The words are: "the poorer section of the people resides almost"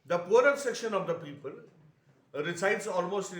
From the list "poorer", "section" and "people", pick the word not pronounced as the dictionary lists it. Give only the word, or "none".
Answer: none